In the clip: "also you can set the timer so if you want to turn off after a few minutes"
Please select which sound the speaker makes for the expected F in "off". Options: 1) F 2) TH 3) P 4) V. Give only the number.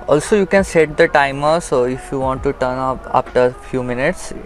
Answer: 3